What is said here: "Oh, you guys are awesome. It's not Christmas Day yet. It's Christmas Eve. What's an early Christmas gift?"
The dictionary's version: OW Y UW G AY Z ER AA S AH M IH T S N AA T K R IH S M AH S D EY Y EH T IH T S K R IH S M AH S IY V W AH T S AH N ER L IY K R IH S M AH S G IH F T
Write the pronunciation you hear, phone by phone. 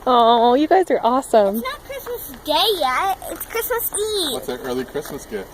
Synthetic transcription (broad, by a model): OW Y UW G AY Z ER AA S AH M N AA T K R IH S M AH S D EY Y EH IH T S K R IH S M AH S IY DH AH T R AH L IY K R IH S M AH S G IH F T